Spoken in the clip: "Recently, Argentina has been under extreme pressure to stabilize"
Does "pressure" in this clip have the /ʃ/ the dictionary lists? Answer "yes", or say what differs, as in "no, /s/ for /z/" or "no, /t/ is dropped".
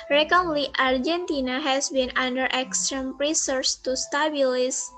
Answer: no, /s/ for /ʃ/